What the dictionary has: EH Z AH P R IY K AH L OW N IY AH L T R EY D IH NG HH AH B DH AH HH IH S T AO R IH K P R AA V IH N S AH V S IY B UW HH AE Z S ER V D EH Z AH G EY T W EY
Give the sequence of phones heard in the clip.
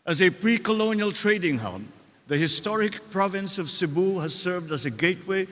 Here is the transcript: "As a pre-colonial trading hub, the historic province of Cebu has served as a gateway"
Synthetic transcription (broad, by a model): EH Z AH P R IY K AH L OW N IY AH L T R EY D IH NG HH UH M DH AH HH IH S T AO R IH K P R AA V IH N S AH V S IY B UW HH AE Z S ER V D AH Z AH G EY T W EY